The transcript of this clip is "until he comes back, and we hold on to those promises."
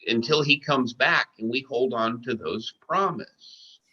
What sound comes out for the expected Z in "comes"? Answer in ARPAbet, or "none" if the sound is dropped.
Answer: Z